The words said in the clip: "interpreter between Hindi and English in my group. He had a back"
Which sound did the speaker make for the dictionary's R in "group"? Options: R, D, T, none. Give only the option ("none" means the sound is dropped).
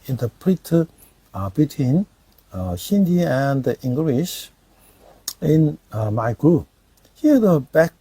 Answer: none